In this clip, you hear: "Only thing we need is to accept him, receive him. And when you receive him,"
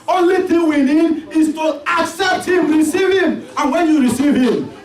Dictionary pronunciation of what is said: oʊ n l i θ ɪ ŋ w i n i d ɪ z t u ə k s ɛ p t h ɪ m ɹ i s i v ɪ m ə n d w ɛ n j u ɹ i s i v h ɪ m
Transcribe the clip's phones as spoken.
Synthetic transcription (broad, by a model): oʊ n l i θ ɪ ŋ w i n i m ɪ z t u ə k s ɛ p t h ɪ m ɹ i s i v ɪ m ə n w ɛ n j u ɹ i s i v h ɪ m